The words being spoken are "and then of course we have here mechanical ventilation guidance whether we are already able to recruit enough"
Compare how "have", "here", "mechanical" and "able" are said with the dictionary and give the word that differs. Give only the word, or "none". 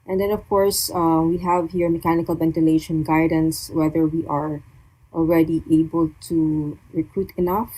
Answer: none